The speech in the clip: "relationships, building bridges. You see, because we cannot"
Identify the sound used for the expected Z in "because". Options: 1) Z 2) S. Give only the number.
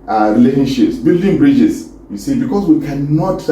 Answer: 2